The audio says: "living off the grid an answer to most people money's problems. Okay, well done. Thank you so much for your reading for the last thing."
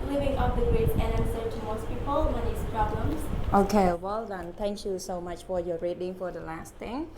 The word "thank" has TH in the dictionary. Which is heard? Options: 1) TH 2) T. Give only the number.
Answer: 2